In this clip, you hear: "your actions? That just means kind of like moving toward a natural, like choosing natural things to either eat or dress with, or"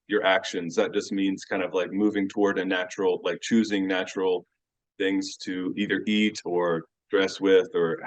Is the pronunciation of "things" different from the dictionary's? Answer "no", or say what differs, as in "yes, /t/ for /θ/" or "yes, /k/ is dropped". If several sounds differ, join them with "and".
no